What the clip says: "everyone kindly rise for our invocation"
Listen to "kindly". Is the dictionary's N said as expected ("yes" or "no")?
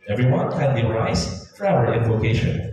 no